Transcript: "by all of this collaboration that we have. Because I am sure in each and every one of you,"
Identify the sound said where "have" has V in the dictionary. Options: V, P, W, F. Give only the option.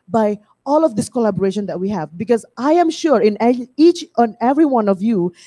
V